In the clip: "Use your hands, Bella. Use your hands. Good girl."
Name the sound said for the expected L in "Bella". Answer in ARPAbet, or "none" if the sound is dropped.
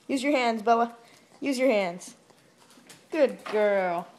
none